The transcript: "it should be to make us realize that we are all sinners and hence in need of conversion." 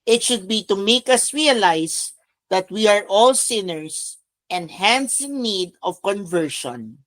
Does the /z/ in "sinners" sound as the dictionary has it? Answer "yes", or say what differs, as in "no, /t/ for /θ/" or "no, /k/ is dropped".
no, /s/ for /z/